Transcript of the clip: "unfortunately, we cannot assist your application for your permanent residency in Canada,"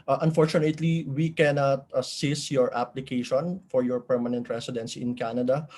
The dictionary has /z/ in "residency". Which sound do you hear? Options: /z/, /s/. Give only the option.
/s/